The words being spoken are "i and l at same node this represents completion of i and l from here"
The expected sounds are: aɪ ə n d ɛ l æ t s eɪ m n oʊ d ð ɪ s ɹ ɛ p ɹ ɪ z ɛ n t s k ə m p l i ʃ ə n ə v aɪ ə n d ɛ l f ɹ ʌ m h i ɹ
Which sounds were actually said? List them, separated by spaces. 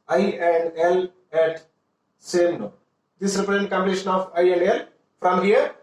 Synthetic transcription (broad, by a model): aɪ ə n d ɛ l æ t s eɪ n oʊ d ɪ s ɹ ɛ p ɪ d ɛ n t k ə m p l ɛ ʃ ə n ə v aɪ ə n d ɛ l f ɹ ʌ m h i ɹ